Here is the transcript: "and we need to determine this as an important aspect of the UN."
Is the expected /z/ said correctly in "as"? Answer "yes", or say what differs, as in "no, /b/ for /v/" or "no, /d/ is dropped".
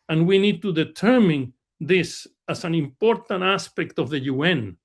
no, /s/ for /z/